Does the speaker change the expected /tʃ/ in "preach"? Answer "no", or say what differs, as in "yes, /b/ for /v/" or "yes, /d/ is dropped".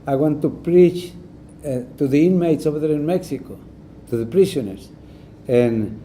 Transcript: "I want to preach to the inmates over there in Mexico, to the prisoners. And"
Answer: no